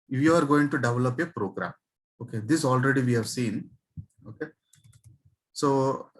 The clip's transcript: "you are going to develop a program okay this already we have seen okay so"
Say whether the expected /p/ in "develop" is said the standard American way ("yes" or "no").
yes